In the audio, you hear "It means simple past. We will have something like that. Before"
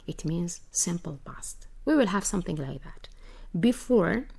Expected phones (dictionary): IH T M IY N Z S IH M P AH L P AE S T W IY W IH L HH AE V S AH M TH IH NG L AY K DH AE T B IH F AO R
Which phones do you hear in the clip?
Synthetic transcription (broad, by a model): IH T M IY N Z S IH M P AH L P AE S T W IY W IH L HH AE V S AH M TH IH NG L AY K DH AE T B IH F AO R